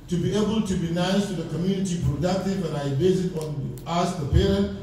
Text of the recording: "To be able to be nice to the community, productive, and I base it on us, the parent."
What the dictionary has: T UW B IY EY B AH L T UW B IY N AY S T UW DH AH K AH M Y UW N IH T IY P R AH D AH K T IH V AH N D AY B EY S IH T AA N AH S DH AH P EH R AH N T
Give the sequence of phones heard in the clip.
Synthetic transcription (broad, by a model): T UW B IY EY B AH L T UW B IY N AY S T UW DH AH K AH M Y UW N IH T IY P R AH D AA T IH B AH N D AY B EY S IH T AA N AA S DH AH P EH R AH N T